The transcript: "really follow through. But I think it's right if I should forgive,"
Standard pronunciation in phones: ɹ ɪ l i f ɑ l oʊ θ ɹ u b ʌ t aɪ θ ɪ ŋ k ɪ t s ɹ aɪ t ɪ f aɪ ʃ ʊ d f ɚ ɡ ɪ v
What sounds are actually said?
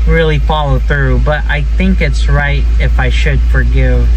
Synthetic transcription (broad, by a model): ɹ ɪ l i f ɑ l oʊ θ ɹ u b ʌ t aɪ θ ɪ ŋ k ɪ t s ɹ aɪ t ɪ f aɪ ʃ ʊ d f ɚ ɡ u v